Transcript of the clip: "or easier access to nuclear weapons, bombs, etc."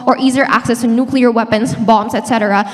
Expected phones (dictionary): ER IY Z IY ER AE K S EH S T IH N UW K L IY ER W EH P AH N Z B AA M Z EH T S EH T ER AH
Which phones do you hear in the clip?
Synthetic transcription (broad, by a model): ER IY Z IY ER AE K S EH S T IH N UW K L IY ER W EH P AH N Z B AA M Z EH T S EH T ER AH